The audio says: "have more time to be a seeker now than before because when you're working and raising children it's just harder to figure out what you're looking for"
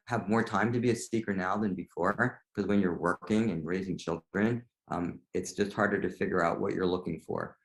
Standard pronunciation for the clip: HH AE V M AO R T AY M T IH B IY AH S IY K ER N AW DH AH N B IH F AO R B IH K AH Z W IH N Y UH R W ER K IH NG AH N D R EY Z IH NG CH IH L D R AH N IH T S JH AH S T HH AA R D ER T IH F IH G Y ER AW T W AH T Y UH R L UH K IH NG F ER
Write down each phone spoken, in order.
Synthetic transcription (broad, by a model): HH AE V M AO R T AY M T IH B IY AH S IY K ER N AW DH AH N B IH F AO R K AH Z W IH N Y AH R W ER K IH NG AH N R EY Z IH NG CH IH L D R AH N IH T S JH AH S T HH AA R D ER T IH F IH G Y ER AW T W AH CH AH R L UH K IH NG F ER